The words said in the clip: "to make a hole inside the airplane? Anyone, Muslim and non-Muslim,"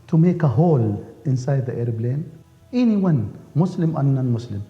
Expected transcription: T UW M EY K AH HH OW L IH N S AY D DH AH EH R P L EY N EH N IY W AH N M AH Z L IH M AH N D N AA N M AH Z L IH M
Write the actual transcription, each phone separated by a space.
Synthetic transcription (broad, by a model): T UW M EY K AH HH OW L IH N S AY D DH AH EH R B L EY N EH N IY W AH N M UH S L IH M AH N N AA N M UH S L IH M